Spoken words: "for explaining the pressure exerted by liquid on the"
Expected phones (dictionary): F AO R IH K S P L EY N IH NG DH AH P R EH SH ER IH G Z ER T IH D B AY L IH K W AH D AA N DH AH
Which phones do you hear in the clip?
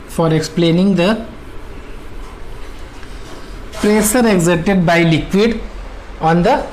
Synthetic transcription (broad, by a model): F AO R IH K S P L EY N IH NG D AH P R EH S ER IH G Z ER T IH D B AY L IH K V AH D AA N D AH